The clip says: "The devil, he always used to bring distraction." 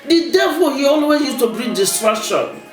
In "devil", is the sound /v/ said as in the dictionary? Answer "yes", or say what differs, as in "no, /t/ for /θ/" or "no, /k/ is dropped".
yes